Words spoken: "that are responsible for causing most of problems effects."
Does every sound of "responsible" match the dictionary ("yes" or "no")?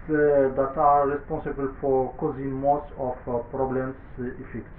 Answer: no